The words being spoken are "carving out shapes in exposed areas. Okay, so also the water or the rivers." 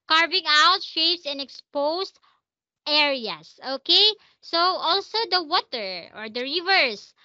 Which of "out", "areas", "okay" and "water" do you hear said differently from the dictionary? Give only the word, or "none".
areas